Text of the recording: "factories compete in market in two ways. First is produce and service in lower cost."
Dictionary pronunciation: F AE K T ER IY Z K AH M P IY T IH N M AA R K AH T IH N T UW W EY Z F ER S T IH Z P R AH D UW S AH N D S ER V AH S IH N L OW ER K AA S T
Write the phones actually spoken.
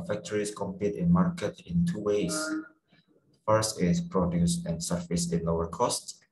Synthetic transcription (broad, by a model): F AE K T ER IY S K AH M P IY T IH N M AA R K AH T IH N T UW W EY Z F ER S T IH S P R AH D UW S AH N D S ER F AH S IH N L OW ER K AA S T